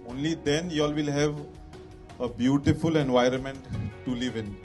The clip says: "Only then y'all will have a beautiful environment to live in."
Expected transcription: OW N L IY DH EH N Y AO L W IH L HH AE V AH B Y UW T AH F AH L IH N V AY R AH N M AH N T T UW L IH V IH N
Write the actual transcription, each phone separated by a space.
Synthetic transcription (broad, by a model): OW N L IY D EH N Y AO L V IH L HH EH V AH B Y UW T AH F AH L IH N V AY R AH N M AH N T T UW L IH V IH N